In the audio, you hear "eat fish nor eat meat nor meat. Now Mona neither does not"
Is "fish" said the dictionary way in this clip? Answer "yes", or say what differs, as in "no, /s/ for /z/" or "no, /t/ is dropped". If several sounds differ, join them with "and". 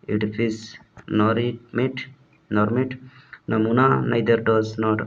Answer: no, /s/ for /ʃ/